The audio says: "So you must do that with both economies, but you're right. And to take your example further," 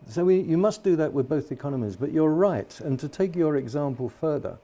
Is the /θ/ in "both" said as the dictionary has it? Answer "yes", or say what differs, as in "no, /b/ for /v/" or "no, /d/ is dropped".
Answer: yes